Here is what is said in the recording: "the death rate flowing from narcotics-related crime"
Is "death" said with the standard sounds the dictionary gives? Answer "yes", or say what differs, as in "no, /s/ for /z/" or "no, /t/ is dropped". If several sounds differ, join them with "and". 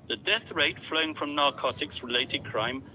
yes